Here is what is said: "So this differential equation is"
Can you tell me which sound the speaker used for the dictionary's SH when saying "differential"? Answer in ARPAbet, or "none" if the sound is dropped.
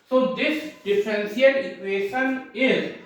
S